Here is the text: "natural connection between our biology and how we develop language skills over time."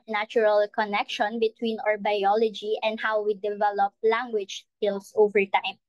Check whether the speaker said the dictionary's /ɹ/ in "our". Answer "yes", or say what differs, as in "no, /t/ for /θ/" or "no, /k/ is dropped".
yes